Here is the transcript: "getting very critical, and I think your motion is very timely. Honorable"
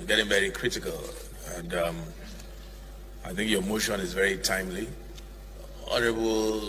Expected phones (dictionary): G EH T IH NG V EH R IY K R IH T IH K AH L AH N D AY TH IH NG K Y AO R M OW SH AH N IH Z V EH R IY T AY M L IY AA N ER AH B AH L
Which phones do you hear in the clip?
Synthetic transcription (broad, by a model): G EH T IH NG V EH R IY K R IH T IH K AH L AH N D AY TH IH NG K Y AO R M OW SH AH N IH Z V EH R IY T AY M L IY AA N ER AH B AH L